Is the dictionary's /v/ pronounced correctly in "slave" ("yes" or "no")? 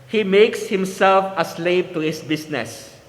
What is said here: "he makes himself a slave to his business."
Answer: no